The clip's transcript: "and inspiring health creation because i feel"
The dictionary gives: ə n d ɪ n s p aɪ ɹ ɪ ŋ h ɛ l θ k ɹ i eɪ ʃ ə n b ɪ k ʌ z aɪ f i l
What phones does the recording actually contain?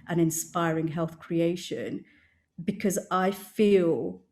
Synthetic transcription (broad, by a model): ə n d ɪ n s p aɪ ɹ ɪ ŋ h ɛ l θ k ɹ i eɪ ʃ ə n b ɪ k ʌ z aɪ f i l